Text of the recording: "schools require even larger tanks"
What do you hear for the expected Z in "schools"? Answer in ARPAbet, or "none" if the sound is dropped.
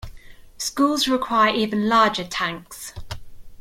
Z